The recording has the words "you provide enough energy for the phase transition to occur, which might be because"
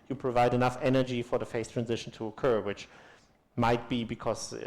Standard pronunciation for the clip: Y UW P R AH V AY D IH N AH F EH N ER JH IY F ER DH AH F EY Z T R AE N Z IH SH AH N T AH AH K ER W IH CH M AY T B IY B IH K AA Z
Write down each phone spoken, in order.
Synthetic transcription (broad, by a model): Y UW P R AH V AY D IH N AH F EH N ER JH IY F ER DH AH F EY S T R AE N Z IH SH AH N T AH AH K ER W IH CH M AY T B IY B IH K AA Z